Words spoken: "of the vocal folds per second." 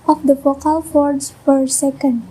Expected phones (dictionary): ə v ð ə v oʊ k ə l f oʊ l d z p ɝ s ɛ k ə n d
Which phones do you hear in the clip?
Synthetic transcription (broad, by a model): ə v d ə f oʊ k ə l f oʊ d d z p ɝ s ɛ k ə n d